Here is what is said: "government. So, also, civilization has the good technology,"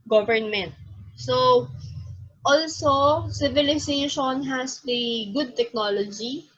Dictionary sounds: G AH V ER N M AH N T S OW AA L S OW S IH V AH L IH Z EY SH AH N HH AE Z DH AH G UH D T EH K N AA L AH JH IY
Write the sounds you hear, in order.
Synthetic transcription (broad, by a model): G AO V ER N M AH N T S OW AA L S OW S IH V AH L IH S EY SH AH N HH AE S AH G UH D T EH K N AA L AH JH IY